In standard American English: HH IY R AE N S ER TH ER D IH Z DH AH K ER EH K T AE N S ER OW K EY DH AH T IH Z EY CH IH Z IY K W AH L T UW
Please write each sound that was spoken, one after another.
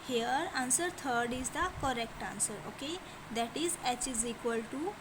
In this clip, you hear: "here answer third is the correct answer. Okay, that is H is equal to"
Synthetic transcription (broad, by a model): HH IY R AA N S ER T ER D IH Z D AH K ER EH K T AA N S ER OW K EY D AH T IH Z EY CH IH Z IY K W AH L T UW